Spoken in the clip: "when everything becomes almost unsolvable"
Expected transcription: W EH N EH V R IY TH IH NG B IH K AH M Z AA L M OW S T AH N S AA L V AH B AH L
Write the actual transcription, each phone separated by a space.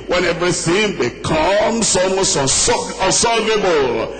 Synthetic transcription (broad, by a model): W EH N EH V R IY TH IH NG B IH K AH M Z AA M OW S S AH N S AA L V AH B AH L